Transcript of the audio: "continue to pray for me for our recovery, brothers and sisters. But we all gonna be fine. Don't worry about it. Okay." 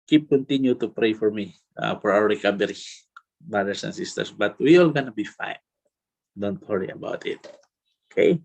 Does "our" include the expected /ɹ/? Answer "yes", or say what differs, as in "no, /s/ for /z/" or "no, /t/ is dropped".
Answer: no, /w/ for /ɹ/